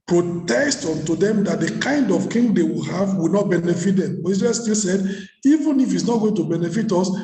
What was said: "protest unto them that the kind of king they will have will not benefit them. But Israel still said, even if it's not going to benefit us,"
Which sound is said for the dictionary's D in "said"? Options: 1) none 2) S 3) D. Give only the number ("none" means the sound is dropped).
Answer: 3